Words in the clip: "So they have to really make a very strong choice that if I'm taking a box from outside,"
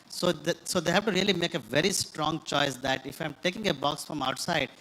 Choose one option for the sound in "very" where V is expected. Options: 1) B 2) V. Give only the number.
2